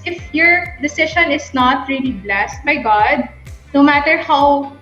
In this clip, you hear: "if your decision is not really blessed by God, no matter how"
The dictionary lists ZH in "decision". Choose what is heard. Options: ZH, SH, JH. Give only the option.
SH